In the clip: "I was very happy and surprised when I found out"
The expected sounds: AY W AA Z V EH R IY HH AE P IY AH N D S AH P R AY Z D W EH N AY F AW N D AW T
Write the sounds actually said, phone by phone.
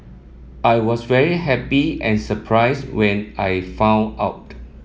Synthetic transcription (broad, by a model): AY W AA S V EH R IY HH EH P IY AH N S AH P R AY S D W EH N AY F AW N AW T